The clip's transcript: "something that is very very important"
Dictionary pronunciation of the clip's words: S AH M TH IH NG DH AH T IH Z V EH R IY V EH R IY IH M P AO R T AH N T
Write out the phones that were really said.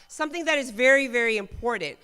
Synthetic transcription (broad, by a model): S AH M TH IH NG DH AH T IH Z V EH R IY V EH R IY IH M P AO R T N T